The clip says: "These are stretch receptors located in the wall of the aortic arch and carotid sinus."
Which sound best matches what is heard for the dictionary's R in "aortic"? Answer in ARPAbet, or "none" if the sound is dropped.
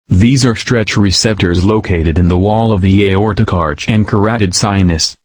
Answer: R